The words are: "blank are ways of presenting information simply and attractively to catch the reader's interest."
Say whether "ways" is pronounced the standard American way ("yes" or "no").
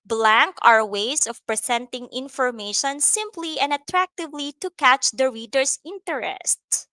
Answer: no